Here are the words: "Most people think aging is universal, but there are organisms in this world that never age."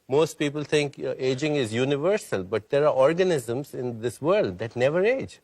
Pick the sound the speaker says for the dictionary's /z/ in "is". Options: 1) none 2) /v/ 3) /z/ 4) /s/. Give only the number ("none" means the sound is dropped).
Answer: 3